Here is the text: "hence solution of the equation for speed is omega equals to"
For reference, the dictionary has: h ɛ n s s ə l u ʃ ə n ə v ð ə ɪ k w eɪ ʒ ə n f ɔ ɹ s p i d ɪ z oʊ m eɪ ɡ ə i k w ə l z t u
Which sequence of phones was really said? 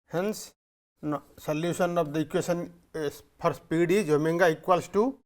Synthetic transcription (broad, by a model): h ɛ n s s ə l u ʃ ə n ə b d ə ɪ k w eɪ s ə n p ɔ ɹ s p i d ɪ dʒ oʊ m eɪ ɡ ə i k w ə l s t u